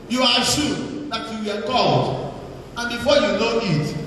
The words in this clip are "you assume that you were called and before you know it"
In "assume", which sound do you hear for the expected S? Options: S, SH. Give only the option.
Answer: SH